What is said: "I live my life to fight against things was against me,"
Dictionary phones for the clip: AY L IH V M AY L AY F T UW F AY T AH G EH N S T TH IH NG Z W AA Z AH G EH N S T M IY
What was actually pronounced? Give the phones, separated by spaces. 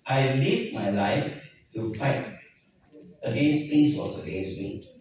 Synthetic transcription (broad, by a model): AY L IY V M AY L AY F T UW F AY T AH G EH N S T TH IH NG S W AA S AH G EH N S T M IY